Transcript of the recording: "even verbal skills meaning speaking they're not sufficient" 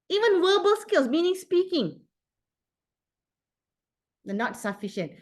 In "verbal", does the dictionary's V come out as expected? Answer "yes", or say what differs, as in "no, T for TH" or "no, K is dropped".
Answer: no, W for V